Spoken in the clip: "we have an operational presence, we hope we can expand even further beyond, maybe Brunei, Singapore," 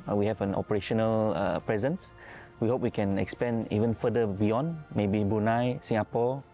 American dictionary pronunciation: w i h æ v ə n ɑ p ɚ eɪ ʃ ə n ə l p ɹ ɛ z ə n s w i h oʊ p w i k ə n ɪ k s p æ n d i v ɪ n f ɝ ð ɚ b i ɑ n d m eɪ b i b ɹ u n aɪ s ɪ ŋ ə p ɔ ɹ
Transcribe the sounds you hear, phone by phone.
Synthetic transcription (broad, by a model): w i h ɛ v ə n ɑ p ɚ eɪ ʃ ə n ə l p ɹ ɛ z ə n s w i h oʊ p w i k ə n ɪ k s p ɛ n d i v ɪ n f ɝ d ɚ b i ɑ n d m eɪ b i b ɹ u n aɪ s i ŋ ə p ɔ